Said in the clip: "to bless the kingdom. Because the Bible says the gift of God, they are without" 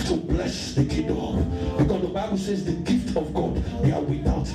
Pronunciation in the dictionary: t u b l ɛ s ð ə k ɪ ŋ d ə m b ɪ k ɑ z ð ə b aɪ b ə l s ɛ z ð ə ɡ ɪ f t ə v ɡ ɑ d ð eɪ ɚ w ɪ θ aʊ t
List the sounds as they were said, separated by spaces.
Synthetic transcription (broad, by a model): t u b l ɛ s ð ə k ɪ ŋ d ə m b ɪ k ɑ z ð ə b aɪ b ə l s ɛ z ð ə ɡ ɪ f t ə v ɡ ɑ d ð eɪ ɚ w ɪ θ aʊ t